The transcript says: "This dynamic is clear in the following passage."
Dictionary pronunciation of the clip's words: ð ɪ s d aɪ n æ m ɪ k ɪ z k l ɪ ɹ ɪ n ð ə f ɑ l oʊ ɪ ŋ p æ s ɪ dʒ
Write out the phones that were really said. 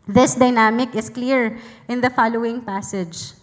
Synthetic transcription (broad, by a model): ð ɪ s d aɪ n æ m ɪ k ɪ s k l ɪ ɹ ɪ n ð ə f ɑ l oʊ ɪ ŋ p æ s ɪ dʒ